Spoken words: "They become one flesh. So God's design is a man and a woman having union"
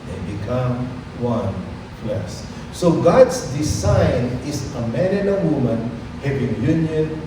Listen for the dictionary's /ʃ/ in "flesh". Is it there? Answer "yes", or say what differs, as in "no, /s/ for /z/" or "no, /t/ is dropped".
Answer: no, /s/ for /ʃ/